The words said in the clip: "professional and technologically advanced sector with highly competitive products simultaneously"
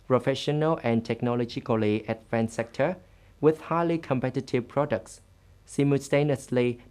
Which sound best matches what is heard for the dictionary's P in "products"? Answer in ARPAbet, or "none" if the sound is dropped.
P